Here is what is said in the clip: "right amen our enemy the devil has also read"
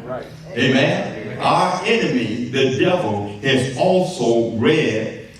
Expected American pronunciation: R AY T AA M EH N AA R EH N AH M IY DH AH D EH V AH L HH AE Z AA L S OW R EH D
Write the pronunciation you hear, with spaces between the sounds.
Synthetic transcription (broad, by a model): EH AA M EH N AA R EH N AH M IY DH AH D EH V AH L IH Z AA L S OW R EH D